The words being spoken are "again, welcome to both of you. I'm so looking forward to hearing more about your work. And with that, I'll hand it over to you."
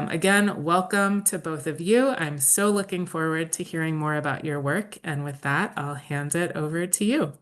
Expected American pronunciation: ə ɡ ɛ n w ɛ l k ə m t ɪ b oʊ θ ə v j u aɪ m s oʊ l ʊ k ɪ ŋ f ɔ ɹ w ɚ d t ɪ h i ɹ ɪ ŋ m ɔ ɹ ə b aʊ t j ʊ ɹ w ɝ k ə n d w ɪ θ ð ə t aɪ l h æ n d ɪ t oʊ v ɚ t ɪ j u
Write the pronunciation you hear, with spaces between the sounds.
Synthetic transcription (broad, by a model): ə ɡ ɛ n w ɛ l k ə m t ɪ b oʊ θ ə v j u aɪ m s oʊ l ʊ k ɪ ŋ f ɔ ɹ w ɚ d t ɪ h i ɹ ɪ ŋ m ɔ ɹ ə b aʊ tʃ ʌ ɹ w ɝ k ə n w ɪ ð ə t aɪ l h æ n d ɪ t oʊ v ɚ t ɪ j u